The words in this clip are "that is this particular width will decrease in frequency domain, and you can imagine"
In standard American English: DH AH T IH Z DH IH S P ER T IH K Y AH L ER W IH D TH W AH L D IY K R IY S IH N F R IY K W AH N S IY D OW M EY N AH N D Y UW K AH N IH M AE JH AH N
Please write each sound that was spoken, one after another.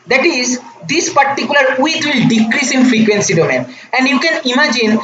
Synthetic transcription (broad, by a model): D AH T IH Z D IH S P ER T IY K Y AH L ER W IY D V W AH L D IY K R IY S IH N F R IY K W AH N S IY D OW M EY N AH N D Y UW K AH N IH M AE JH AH N